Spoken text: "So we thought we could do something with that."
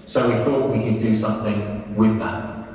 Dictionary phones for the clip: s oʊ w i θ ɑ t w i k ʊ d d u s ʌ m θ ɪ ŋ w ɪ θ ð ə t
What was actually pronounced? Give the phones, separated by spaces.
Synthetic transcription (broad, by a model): s oʊ w i θ ɑ t w i k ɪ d d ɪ s ʌ m θ ɪ ŋ w ɪ ð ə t